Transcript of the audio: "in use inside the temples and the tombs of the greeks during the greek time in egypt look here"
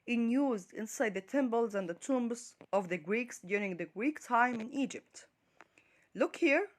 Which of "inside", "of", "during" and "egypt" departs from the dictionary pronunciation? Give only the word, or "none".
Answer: none